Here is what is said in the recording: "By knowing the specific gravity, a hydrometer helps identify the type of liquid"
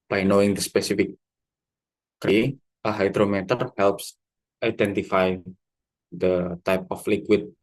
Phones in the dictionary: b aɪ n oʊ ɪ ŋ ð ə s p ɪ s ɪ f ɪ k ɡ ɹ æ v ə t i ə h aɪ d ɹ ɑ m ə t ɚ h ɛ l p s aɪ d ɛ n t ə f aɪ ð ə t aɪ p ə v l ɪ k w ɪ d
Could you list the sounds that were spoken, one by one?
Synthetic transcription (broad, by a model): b aɪ n oʊ ɪ ŋ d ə s p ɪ s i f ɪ k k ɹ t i ə h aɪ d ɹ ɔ m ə t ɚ h ɛ l p s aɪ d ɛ n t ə f aɪ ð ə t aɪ p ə f l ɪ k w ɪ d